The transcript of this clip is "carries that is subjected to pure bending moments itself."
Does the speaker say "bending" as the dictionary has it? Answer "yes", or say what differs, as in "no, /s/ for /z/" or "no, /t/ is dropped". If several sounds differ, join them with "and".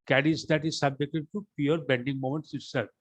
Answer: yes